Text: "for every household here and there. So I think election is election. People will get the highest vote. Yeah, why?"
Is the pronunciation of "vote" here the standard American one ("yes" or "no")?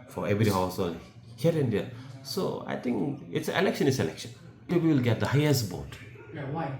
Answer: no